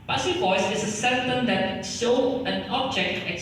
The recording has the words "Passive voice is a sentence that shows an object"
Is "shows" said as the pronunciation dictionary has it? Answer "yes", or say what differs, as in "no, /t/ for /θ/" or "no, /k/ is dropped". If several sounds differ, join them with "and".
no, /z/ is dropped